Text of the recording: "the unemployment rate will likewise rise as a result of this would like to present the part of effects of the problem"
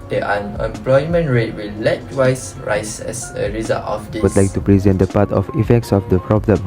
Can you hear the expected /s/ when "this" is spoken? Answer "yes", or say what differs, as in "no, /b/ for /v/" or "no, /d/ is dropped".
no, /s/ is dropped